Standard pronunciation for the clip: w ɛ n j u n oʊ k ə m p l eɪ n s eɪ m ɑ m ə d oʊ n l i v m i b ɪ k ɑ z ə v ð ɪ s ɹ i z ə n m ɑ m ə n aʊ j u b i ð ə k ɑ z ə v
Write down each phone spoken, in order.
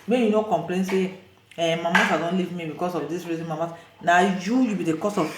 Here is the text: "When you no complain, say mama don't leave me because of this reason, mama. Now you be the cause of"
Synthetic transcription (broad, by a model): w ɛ j u n oʊ k ə m p l eɪ n s eɪ m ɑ m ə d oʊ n l i v m i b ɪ k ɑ s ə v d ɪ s ɹ i z ə n m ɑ m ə n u j u b i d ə k ɑ s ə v